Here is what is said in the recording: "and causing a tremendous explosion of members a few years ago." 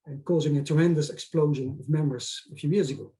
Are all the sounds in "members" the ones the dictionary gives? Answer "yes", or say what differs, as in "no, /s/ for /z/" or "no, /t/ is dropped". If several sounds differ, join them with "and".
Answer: no, /b/ is dropped